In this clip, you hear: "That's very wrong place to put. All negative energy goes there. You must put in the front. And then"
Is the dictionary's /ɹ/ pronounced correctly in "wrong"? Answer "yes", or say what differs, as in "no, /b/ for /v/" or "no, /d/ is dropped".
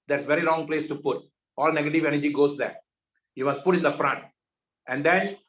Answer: no, /l/ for /ɹ/